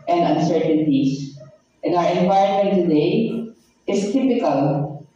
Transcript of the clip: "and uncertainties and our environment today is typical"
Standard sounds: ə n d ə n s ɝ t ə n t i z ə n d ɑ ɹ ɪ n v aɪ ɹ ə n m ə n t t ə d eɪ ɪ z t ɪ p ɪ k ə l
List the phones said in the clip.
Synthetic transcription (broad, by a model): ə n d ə n s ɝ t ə n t i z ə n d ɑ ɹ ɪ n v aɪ ə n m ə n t t ə d eɪ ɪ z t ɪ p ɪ k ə l